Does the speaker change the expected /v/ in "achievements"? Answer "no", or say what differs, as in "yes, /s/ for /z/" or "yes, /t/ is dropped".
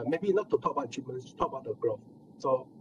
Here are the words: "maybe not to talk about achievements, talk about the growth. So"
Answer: yes, /v/ is dropped